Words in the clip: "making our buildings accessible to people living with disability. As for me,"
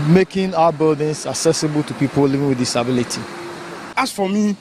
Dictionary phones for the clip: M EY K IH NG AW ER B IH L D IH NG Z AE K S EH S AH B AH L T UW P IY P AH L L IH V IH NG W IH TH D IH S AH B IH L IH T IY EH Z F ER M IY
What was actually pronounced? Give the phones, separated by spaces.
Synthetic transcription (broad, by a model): M EY K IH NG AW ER B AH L D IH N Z AE K S EH S AH B AH L T UW P IY P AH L L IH V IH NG W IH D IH S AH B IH L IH T IY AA S F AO M IY